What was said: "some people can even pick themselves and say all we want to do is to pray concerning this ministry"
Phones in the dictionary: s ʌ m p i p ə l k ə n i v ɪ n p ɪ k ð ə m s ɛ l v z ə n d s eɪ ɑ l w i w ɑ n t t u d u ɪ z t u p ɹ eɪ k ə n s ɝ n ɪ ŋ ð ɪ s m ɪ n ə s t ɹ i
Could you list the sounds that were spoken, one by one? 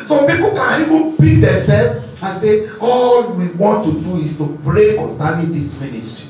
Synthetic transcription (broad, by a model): s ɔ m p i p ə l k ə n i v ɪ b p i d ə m s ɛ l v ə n s eɪ ɑ l w i w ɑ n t t u d u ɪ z t u b ɹ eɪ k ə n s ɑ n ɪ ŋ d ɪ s m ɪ n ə s t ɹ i